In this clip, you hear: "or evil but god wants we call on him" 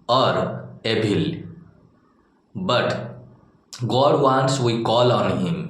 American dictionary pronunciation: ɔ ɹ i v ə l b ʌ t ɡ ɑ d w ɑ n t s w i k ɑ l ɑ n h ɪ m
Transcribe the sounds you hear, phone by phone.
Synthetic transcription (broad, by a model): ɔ ɹ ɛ b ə l b ʌ t ɡ ɑ d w ɑ n s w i k ɑ l ɑ n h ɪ m